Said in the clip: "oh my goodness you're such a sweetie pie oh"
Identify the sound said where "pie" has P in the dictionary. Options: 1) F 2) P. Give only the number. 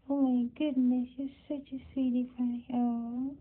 1